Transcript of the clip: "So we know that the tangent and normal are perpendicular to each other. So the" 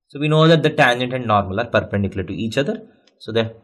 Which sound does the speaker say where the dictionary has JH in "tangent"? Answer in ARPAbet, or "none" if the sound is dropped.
JH